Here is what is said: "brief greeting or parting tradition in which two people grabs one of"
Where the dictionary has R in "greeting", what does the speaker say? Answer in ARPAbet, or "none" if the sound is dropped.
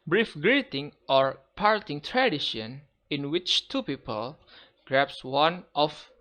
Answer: R